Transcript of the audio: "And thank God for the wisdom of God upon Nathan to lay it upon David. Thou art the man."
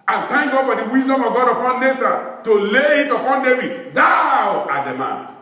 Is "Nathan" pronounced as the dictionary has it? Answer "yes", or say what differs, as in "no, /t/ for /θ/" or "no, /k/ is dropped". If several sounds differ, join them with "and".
no, /s/ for /θ/